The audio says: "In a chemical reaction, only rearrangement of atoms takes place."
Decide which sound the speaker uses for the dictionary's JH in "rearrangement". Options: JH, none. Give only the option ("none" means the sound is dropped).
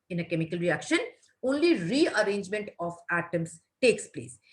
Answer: JH